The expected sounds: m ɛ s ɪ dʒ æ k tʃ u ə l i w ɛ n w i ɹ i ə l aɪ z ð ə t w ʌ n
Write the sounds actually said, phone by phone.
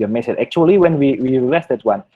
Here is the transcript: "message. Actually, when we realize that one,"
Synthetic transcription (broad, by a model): m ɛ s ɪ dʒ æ k tʃ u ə l i w ɛ n w i w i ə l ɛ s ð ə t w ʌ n